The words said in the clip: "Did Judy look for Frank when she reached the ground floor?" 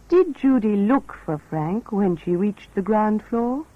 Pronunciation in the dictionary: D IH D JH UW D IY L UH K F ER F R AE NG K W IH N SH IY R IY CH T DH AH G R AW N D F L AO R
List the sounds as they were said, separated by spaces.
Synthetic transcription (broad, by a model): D IH D JH UW D IY L UH K F ER F R AE NG K W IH N SH IY R IY CH DH AH G R AW N D F L AO R